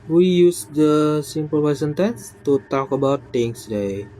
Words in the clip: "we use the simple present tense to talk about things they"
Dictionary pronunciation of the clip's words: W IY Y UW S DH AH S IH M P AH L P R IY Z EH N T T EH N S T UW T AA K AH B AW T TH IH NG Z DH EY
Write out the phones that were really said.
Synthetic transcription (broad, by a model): W IY Y UW S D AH S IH M P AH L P IY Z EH N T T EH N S T UW T AA K AH B AW T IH NG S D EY